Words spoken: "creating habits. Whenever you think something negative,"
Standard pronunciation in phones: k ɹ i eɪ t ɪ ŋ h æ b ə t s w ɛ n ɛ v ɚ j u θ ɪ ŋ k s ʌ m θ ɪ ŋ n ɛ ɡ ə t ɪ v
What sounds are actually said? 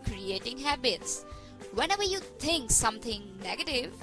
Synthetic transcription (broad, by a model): k ɹ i eɪ t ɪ ŋ h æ b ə t s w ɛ n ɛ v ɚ j u t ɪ ŋ k s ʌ m t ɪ ŋ n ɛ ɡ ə t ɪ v